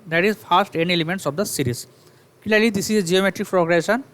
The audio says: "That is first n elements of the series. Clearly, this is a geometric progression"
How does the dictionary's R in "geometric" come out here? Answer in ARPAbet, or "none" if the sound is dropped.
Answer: R